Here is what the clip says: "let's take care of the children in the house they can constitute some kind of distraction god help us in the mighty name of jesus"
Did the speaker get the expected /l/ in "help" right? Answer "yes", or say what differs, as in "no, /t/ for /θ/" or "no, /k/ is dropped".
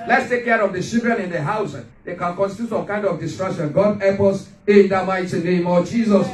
no, /l/ is dropped